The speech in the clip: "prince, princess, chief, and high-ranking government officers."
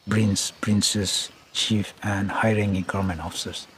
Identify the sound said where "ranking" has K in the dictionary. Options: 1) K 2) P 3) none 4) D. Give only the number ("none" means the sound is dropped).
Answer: 3